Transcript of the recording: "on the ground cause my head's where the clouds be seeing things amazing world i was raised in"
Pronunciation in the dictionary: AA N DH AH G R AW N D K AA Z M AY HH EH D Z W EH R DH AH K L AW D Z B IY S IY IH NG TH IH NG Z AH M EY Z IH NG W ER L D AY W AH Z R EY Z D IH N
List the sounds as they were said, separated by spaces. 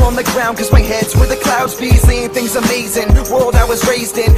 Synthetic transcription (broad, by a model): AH N DH AH G R AW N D K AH Z M AY HH EH D Z W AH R DH AH K L AW D Z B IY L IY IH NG TH IH NG Z AH M EY Z IH NG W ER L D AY W AH Z R EY Z D IH N